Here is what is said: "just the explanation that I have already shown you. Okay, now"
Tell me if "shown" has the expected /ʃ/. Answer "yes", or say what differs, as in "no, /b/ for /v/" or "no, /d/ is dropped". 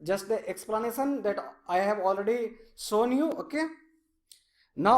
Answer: no, /s/ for /ʃ/